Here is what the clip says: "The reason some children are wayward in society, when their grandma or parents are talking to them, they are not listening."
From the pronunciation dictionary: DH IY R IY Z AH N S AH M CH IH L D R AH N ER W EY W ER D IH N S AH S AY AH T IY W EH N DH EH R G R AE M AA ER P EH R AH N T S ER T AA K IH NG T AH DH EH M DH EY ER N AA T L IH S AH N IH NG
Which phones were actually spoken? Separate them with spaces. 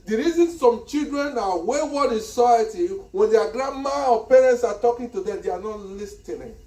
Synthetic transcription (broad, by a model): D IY R IY Z AH N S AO M CH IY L D R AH N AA W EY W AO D IH N S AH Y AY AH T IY W EH N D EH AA G R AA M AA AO P EH R AH N T S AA T AA K IH NG T AH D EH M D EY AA N AA T L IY S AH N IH